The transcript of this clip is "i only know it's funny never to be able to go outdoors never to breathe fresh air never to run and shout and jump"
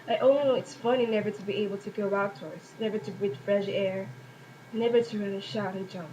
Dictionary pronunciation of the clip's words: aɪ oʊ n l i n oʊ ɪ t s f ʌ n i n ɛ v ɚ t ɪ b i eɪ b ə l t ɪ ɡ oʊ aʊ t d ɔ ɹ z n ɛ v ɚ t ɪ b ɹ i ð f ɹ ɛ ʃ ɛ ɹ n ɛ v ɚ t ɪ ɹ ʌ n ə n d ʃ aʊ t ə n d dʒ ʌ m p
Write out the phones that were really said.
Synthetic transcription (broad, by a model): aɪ oʊ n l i n oʊ ɪ t s f ʌ n i n ɛ v ɚ t ɪ b i eɪ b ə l t ɪ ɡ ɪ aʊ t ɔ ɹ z n ɛ v ɚ t ɪ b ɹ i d f ɹ ɛ ʃ ɛ ɹ n ɛ v ɚ t ɪ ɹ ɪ l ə ʃ aʊ t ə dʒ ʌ m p